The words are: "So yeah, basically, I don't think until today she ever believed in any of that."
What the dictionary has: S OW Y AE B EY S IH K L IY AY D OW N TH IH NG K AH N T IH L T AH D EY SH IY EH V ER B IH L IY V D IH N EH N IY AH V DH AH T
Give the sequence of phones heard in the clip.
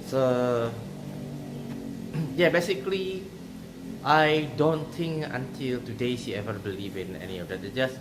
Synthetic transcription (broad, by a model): S OW Y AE B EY S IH K L IY AY D OW N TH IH NG K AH N T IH L T AH D EY SH IY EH V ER B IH L IY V IH N EH N IY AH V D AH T